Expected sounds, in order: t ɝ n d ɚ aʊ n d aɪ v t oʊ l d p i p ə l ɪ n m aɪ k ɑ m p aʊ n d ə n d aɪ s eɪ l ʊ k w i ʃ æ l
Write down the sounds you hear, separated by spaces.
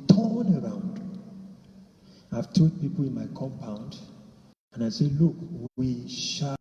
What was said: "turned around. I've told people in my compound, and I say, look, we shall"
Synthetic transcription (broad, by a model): t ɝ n ɚ aʊ n d aɪ v t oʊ d p i p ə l ɪ n m aɪ k ɑ m p aʊ n d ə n aɪ s eɪ l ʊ k w i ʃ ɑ